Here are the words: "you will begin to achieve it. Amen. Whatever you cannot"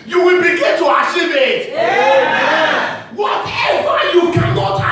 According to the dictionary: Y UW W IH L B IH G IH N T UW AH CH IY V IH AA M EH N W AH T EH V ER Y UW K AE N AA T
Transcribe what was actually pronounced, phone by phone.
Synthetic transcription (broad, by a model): Y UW W IH L B IH G IH N T UW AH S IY IH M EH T W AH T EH W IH Y UW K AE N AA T